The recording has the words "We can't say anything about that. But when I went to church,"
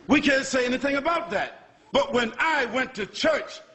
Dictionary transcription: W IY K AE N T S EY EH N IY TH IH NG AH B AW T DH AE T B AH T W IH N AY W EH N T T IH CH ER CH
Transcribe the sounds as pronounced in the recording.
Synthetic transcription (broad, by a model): W IY K AE N T S EY EH N IY TH IH NG AH B AW T DH AE T B AH T W IH N AY W EH N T T IH CH ER CH